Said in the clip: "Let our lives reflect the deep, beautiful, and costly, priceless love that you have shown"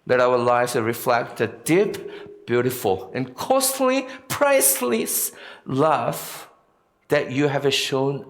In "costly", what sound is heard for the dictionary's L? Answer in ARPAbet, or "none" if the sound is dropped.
L